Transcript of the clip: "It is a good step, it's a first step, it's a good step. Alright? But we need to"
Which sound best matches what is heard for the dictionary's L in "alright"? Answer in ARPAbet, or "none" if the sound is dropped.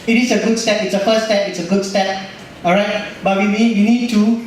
none